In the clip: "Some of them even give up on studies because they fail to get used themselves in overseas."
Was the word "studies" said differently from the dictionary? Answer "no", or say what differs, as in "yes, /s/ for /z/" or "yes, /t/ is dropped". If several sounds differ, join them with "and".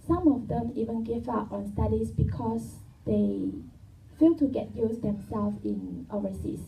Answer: yes, /s/ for /z/